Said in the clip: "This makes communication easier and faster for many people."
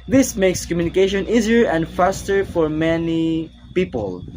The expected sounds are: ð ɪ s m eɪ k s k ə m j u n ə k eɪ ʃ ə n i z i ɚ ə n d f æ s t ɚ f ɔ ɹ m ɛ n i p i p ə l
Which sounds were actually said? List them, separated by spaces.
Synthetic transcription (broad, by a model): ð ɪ s m eɪ k s k ə m j u n ə k eɪ ʃ ə n i z i ɚ ə n d f æ s t ɚ f ɔ ɹ m ɛ n i p i p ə l